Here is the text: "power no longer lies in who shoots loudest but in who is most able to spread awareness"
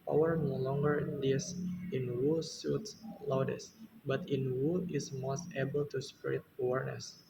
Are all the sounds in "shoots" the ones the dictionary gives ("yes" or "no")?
no